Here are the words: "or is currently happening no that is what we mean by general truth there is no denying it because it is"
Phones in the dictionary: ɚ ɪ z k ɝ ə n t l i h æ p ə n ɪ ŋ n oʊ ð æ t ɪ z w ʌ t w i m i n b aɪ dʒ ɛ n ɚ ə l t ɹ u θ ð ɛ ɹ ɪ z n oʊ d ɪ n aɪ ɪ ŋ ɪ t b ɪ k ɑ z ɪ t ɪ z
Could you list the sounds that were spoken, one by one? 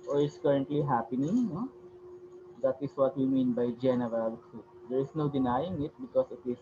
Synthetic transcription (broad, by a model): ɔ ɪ s k ɝ ə n t l i h æ p ə n ɪ ŋ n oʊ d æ t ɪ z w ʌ t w i m i n b aɪ dʒ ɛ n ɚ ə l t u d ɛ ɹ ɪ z n oʊ d ɪ n aɪ ɪ ŋ ɪ t b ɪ k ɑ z ɪ t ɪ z